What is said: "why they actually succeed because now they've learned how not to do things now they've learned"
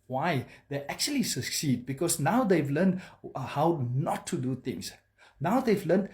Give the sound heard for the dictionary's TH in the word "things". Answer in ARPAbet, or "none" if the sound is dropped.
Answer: T